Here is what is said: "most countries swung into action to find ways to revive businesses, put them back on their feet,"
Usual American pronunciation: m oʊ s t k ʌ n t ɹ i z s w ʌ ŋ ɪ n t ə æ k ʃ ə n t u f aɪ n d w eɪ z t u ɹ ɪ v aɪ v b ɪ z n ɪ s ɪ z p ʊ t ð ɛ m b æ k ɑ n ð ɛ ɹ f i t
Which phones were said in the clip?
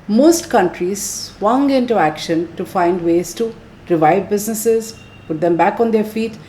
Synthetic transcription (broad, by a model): m oʊ s t k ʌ n t ɹ i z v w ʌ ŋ ɪ n t ə æ k ʃ ə n t u f aɪ n d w eɪ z t u ɹ ɪ v aɪ v b ɪ z n ɪ s ɪ z p ʊ t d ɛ m b æ k ɑ n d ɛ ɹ f i t